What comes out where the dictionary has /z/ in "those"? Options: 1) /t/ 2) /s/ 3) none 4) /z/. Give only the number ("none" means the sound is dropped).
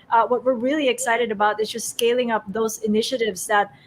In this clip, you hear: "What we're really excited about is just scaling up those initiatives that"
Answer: 4